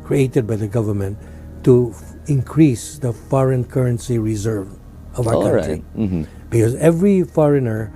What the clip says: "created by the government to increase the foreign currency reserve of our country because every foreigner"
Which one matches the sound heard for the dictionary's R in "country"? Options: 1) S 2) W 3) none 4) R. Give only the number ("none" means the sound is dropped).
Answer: 3